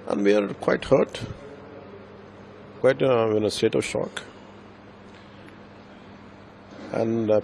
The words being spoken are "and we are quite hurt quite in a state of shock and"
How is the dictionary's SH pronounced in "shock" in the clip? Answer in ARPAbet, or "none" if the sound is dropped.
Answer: SH